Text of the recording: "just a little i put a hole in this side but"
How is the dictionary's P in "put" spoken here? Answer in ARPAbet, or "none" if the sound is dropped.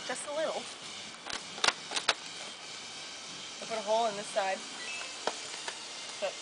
F